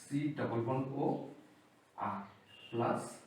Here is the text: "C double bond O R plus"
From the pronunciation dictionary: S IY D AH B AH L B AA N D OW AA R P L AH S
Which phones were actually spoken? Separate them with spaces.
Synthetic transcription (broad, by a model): S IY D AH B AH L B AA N OW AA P L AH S